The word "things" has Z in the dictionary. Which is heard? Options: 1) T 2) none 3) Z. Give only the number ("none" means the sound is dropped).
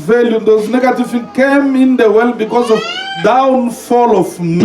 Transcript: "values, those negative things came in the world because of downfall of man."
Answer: 2